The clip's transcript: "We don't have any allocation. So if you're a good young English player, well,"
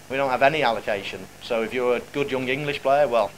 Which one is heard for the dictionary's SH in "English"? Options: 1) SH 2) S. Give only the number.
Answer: 1